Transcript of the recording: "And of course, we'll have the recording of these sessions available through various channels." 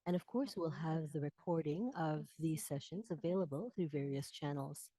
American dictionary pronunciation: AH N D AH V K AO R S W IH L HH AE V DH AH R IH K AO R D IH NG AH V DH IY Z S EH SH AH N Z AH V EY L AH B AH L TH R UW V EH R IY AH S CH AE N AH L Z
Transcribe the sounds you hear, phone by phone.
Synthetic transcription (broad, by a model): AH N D AH V K AO R S W IH L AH V DH AH R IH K AO R D IH NG AH V DH IY Z S EH SH AH N Z AH V EY L AH B AH L TH R UW V EH R IY AH S CH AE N L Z